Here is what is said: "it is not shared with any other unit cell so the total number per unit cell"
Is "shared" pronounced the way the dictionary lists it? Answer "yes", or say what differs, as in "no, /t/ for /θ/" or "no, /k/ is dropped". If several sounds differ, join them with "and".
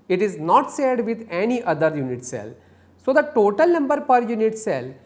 no, /s/ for /ʃ/